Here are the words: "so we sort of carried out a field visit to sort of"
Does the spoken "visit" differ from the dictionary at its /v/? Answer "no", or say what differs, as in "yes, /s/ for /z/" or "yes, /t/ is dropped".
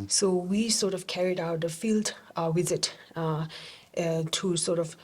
yes, /w/ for /v/